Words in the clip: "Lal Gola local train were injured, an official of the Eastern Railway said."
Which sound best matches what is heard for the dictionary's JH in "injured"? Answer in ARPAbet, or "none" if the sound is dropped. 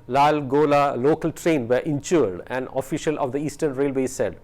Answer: CH